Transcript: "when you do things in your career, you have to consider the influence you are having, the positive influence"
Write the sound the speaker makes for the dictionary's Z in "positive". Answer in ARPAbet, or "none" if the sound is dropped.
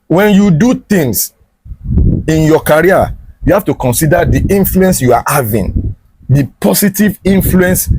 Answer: S